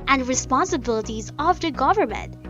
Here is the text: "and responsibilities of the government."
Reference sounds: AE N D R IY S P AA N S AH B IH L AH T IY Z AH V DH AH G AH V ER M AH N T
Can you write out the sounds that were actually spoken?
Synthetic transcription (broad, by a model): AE N D R IY S P AA N S AH B IH L AH T IY Z AH V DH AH G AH V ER M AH N T